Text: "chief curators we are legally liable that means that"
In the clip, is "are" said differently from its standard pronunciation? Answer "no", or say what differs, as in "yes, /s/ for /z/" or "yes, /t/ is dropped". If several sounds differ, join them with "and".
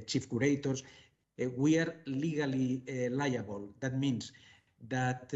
no